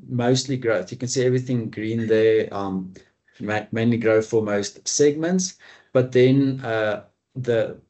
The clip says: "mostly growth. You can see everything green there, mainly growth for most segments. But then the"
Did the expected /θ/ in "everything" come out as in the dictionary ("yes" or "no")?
yes